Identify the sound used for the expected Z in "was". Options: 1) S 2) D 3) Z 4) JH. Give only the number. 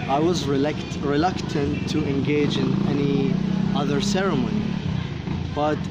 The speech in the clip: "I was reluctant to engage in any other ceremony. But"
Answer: 3